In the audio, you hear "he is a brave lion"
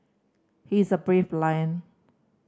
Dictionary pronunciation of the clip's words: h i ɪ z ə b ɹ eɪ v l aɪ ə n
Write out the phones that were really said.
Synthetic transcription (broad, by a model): h i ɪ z ə b ɹ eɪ f l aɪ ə n